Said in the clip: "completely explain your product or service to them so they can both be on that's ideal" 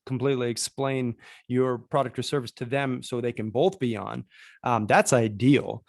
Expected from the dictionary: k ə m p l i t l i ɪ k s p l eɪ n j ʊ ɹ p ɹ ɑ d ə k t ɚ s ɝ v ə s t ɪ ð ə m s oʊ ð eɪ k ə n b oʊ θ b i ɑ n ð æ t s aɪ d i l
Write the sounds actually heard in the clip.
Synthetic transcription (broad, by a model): k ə m p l i t l i ɪ k s p l eɪ n j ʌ ɹ p ɹ ɑ d ə k t ɚ s ɝ v ə s t ɪ ð ə m s oʊ ð eɪ k ə n b oʊ θ b i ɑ n ð æ t s aɪ d i l